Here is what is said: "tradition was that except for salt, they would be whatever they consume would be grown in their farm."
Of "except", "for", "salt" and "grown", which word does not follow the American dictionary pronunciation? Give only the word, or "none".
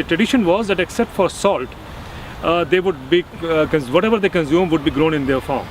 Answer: none